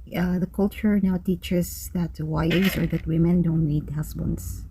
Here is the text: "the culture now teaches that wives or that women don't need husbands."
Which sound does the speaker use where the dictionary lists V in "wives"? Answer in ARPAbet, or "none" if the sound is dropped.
none